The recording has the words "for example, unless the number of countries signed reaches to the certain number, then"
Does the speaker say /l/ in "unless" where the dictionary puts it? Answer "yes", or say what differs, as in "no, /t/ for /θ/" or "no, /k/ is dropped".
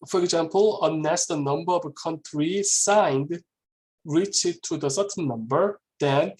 no, /l/ is dropped